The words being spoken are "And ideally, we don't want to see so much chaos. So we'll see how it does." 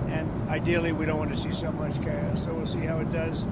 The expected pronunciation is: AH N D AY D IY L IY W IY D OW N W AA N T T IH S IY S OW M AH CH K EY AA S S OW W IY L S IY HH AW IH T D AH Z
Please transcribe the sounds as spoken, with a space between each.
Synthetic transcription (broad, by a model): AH N AY D IY L IY W IY D OW N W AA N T T IH S IY S OW M AH CH K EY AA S S OW W IY L S IY HH AW IH T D AH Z